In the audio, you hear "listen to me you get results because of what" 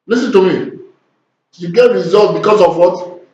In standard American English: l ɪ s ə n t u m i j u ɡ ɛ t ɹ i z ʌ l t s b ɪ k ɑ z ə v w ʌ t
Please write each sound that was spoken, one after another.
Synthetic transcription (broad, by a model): l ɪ s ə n t u m i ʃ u ɡ ɛ t ɹ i z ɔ l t b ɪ k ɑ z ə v w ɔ t